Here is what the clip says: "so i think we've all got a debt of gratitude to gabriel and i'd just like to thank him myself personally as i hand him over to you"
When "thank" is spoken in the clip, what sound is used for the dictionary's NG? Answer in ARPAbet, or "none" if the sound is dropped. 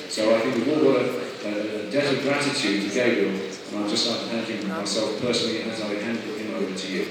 none